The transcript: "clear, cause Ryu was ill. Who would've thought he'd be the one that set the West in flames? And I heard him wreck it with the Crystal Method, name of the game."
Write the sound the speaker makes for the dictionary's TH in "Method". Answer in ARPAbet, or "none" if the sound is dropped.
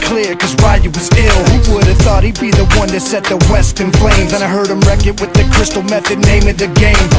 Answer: TH